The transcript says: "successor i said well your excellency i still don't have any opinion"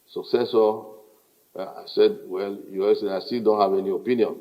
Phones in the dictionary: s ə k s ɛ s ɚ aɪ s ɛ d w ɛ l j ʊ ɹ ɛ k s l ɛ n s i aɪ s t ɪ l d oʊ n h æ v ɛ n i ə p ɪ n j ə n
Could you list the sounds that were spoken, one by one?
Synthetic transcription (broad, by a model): s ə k s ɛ s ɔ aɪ s ɛ d w ɛ l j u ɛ s ɛ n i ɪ s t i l d oʊ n h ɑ v ɛ n i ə p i n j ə n